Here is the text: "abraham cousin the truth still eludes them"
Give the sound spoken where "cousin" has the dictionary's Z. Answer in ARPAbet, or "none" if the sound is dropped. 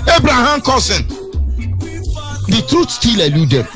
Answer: S